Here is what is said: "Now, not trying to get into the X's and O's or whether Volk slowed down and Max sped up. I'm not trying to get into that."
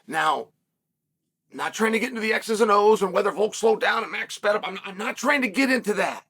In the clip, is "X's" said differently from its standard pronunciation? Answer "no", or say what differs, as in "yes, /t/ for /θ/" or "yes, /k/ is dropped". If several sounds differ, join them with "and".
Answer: no